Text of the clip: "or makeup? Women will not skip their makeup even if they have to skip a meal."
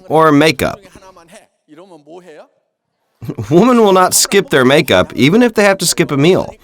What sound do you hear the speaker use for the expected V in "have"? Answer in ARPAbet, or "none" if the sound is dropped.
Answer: F